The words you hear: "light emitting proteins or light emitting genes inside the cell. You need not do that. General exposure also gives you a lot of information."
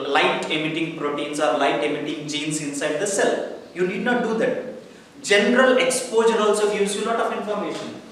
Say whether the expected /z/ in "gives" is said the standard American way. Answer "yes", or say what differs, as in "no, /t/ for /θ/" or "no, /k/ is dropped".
no, /z/ is dropped